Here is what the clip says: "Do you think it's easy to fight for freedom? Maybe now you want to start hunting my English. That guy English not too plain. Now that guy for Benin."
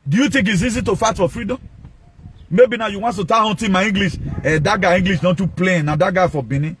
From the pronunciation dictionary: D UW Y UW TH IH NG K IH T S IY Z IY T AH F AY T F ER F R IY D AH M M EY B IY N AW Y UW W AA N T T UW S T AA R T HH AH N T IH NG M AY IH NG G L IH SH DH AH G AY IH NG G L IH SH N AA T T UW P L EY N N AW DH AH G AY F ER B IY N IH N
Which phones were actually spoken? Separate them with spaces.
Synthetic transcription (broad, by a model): D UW Y UW T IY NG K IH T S IY Z IY T AH F AY T F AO F R IY D AH M M EY B IY N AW Y UW W AA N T T UW T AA HH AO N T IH M AY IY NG G L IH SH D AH G AY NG G L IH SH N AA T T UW P L EY N N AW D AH G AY F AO B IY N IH